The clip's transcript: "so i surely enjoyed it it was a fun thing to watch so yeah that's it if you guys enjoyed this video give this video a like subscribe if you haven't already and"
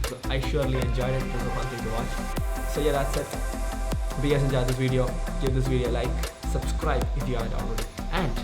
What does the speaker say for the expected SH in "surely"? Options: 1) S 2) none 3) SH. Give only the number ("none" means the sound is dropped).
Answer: 3